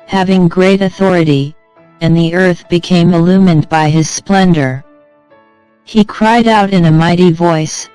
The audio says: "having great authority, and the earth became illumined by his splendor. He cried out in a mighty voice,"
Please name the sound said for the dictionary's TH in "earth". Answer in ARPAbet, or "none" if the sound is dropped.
TH